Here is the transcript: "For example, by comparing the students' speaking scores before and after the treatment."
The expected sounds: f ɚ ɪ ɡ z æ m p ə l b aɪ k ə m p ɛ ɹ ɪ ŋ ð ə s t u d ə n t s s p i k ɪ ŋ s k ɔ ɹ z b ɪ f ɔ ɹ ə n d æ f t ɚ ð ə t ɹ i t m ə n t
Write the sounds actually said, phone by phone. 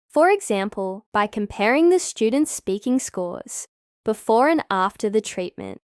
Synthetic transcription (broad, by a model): f ɚ ɪ ɡ z æ m p ə l b aɪ k ə m p ɛ ɹ ɪ ŋ ð ə s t u d n t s s p i k ɪ ŋ s k ɔ ɹ z b ɪ f ɔ ɹ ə n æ f t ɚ ð ə t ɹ i t m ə n t